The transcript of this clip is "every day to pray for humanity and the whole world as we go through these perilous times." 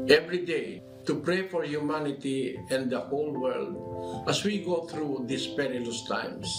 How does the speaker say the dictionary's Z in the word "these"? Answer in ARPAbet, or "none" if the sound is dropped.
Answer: S